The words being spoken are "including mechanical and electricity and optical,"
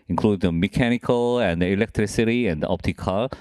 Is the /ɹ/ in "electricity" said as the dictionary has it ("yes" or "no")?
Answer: yes